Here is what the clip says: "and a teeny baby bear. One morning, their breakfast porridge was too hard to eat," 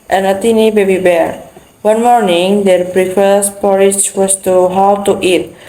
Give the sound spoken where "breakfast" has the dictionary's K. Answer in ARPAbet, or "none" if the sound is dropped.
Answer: none